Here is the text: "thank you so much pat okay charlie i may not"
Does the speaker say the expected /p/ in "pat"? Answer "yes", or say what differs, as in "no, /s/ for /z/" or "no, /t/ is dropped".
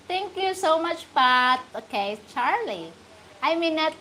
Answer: no, /b/ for /p/